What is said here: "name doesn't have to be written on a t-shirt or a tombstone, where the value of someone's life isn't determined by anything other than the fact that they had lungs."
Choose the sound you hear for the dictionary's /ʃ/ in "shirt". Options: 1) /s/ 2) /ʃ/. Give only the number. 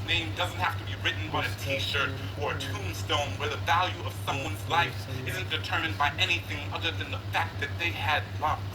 2